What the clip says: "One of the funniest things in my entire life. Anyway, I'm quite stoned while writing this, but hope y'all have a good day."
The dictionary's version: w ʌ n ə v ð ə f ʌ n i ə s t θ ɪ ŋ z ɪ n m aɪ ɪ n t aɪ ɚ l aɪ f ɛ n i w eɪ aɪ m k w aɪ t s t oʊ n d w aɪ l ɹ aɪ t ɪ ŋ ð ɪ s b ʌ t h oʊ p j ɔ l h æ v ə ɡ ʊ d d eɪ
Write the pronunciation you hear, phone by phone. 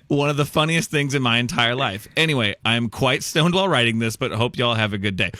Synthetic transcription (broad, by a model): w ʌ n ə v ð ə f ʌ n i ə s t θ ɪ ŋ z ɪ n m aɪ ɪ n t aɪ ɚ l aɪ f ɛ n i w eɪ aɪ m k w aɪ t s t oʊ n d w aɪ l ɹ aɪ t ɪ ŋ ð ɪ s b ʌ t h oʊ p j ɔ l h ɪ v ə ɡ ʊ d d eɪ